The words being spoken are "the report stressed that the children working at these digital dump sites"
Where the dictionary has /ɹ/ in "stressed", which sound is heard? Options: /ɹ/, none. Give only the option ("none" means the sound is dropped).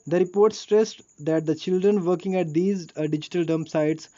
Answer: /ɹ/